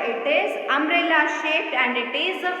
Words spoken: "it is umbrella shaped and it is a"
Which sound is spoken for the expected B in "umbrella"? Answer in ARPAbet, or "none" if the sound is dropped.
none